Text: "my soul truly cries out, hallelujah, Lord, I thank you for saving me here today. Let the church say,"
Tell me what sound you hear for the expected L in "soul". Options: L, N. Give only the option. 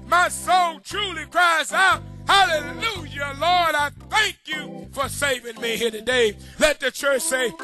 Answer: N